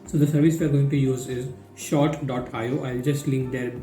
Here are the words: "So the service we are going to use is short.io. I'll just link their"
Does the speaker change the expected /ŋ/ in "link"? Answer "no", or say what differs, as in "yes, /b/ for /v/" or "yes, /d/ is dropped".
no